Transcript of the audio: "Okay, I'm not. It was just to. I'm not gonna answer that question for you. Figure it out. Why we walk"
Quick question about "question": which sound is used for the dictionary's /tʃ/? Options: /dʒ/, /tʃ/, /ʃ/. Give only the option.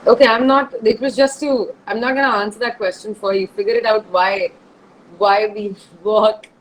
/tʃ/